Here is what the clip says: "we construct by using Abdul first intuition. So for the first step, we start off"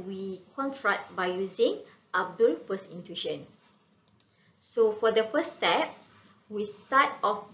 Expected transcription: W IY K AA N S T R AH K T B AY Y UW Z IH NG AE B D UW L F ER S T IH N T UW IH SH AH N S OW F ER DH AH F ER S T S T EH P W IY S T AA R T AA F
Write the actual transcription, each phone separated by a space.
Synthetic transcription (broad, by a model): W IY K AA N T R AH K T B AY Y UW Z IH NG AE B D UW L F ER S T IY N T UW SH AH N S OW F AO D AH F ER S S T EH P W IY S T AA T AA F